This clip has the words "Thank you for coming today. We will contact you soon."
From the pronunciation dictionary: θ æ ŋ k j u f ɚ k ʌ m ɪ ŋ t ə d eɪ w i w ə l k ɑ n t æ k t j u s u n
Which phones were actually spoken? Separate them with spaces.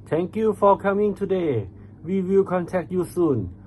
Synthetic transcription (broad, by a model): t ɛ ŋ k j u f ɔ k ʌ m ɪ ŋ t ə d eɪ w i w ə l k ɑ n t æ k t j u s u n